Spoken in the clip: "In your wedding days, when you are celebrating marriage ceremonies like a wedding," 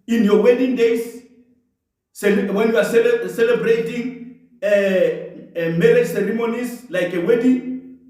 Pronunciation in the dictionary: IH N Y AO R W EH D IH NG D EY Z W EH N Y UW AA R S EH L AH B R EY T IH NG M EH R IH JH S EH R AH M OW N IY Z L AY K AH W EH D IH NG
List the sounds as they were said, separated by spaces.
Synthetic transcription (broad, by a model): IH N Y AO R W EH D IH NG D EY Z W EH N Y UW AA L S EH L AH B R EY T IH NG M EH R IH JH S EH R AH M OW N IY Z L AY K AH W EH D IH